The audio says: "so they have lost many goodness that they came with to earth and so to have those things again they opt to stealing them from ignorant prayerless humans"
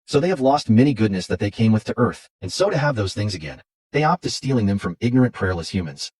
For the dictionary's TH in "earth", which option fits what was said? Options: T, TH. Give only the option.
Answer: TH